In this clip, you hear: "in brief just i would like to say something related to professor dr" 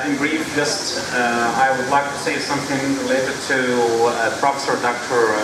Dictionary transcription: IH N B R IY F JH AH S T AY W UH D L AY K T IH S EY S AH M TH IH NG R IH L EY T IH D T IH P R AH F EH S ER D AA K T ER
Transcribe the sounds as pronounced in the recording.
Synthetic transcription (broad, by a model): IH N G R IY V JH AH S T AY W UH D L AY K T IH S EY S AH M TH IH NG R IH L EY T IH D T IH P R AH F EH S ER D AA K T ER